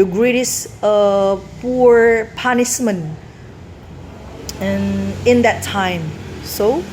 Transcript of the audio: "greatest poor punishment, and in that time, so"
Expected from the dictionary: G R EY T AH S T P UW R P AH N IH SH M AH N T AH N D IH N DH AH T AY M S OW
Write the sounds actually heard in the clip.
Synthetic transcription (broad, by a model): G R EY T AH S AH P UW R P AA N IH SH M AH N AH N IH N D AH T AY M S OW